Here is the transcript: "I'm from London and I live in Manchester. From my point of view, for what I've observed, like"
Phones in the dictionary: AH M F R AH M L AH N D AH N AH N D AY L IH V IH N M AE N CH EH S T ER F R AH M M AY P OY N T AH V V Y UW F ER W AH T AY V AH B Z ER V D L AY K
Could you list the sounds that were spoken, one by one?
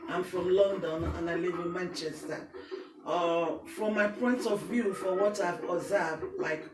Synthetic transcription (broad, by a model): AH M F R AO M L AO N D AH N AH N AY L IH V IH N M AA N CH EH S T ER F R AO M M AY P OY N T AH V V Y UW F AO W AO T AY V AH Z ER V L AY K